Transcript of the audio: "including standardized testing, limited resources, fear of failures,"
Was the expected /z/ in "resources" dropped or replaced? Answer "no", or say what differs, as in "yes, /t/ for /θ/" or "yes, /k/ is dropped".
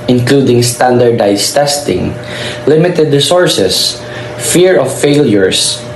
yes, /s/ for /z/